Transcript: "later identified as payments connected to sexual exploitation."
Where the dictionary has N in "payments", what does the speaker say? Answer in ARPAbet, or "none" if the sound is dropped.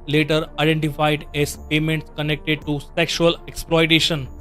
N